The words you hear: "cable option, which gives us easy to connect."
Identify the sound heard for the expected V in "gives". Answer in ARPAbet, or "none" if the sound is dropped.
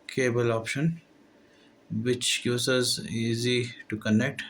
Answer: none